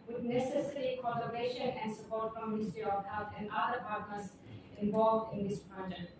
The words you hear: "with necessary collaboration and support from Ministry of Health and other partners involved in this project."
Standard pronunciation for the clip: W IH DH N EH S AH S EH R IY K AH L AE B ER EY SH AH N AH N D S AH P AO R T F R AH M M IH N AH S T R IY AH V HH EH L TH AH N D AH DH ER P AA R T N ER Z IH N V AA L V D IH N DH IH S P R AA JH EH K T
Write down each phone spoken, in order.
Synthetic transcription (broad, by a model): W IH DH N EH S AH S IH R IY K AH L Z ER EY SH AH N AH N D S AH P AO R T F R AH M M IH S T IY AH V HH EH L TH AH N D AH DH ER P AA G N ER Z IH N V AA L V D IH N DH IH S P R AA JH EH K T